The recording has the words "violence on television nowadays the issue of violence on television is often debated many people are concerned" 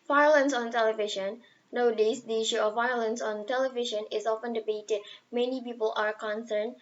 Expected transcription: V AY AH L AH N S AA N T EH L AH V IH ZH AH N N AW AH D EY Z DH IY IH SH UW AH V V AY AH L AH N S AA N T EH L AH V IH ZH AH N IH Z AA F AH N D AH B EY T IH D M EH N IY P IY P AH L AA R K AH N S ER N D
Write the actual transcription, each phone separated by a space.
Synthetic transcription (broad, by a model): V AY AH L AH N S AA N T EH L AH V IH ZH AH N N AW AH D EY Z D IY IH SH UW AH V V AY AH L AH N S AA N T EH L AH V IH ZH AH N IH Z AA F AH N D AH B EY T IH D M EH N IY P IY P AH L AA R K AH N S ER N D